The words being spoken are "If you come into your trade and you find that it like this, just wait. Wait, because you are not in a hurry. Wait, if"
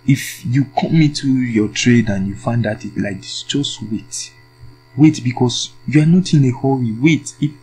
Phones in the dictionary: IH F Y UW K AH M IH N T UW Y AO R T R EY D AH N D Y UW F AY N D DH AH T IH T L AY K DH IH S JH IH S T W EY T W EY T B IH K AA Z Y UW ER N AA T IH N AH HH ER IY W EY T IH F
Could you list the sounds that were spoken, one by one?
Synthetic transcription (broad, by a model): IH F Y UW K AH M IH T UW Y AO T R EY D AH N Y UW F AY N D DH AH T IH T L AY K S JH IH S T W EY T W EY T B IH K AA S Y UW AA N AA T IH N AH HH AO IY W EY T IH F